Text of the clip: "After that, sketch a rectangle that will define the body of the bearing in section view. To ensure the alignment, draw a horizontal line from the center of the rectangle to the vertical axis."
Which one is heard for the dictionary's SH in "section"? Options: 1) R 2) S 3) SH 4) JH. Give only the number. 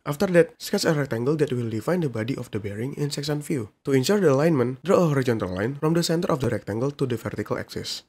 2